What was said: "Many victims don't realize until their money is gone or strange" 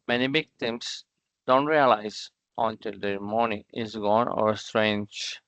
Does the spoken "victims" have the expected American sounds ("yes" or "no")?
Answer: no